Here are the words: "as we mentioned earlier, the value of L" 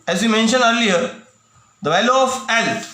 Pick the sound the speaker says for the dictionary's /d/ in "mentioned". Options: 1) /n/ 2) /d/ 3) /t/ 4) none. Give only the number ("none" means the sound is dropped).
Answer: 4